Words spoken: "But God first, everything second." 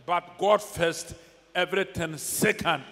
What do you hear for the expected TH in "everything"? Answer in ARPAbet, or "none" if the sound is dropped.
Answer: T